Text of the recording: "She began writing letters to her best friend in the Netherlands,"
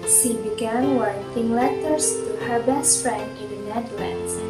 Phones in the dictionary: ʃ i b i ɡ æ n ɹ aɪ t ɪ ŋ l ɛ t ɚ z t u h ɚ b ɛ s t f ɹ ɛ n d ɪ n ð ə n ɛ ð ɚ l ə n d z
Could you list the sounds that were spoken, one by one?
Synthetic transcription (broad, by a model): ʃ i b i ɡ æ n w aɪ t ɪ ŋ l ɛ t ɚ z t u h ɚ b ɛ s t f ɹ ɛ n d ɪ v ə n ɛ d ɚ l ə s